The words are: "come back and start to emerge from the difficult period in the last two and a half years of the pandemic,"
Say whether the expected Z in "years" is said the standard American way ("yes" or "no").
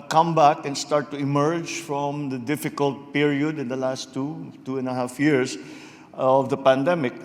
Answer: no